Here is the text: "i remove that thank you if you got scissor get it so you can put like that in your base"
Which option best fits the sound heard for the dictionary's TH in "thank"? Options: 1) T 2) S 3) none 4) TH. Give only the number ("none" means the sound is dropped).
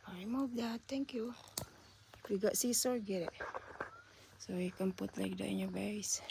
1